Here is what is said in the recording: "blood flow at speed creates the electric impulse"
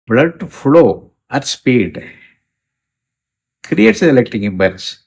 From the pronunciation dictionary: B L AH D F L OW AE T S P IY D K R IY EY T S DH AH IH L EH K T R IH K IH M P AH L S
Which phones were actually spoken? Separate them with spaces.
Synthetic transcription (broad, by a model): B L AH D F L OW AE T S P IY D K R IY EY T S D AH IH L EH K T IH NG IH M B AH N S